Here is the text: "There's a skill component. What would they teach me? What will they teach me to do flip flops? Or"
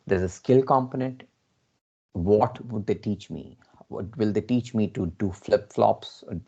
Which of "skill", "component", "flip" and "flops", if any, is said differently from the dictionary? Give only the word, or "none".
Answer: none